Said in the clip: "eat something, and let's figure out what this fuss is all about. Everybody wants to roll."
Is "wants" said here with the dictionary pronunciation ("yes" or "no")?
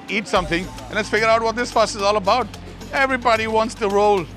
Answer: yes